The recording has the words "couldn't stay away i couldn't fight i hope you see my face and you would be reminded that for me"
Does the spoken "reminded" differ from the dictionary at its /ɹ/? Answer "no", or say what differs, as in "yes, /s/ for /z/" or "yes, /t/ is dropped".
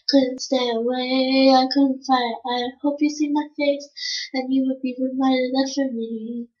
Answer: yes, /w/ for /ɹ/